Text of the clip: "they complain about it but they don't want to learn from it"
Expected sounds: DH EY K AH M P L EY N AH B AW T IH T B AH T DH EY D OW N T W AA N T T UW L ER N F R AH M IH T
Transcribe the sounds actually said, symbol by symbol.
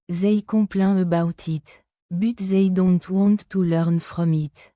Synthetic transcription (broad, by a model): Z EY K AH P L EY AH B AW T IH T B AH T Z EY D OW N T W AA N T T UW L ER N F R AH M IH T